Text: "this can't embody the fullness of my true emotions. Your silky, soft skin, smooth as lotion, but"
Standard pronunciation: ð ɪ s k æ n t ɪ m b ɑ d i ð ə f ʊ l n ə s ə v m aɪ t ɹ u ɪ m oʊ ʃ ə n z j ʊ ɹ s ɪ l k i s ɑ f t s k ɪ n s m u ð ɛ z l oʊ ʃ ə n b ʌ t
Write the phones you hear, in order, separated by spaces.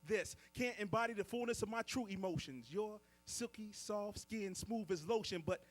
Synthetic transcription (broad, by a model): ð ɪ s k æ n t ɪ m b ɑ d i ð ə f ʊ l n ə s ə v m aɪ t ɹ u ɪ m oʊ ʃ ə n z j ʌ ɹ s ɪ l k i s ɑ f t s k ɪ n s m u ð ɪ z l oʊ ʃ ə n b ʌ t